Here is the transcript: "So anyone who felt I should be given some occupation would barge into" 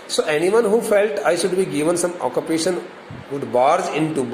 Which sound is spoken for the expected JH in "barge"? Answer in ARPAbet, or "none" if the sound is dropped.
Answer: Z